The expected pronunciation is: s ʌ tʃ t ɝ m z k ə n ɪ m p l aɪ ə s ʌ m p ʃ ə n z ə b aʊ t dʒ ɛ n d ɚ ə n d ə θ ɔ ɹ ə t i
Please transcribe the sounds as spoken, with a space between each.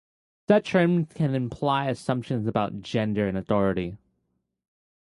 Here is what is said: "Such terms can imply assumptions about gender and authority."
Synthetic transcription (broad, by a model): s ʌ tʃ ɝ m k ə n ɪ m p l aɪ ə s ʌ m p ʃ ə n z ə b aʊ t dʒ ɛ n d ɚ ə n ə θ ɔ ɹ ə t i